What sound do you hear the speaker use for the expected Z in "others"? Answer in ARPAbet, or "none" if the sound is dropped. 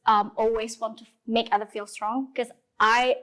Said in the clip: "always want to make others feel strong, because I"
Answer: none